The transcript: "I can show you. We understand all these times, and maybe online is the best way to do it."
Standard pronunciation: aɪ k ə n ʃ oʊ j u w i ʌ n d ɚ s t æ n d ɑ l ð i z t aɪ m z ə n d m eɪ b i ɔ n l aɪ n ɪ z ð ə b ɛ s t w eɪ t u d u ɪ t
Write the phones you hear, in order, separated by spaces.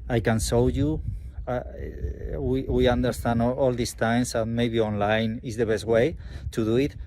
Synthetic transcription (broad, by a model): aɪ k ə n s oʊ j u w i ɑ n d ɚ s t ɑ n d ɑ l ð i s t aɪ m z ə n m eɪ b i ɔ n l aɪ n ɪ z ð ə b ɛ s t w eɪ t u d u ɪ t